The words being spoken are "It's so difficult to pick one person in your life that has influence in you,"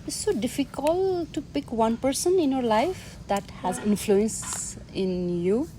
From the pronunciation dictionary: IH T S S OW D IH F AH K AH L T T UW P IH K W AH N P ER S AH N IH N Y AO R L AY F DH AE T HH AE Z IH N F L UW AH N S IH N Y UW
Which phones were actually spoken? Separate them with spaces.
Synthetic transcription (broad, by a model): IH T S S OW D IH F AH K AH L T T UW P IH K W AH N P ER S AH N IH N Y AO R L AY F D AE T HH AE Z IH N F L UW AH N S IH N Y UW